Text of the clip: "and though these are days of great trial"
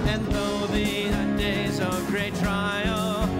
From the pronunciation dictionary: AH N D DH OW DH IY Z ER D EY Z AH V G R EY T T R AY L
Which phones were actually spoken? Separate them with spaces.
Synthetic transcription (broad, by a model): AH N DH OW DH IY ER D EY Z AH V G R EY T T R AY L